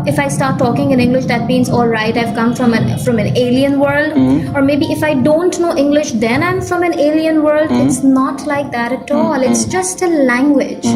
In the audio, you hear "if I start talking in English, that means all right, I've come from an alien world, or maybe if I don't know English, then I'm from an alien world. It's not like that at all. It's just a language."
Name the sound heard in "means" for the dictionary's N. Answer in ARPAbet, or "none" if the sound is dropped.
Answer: N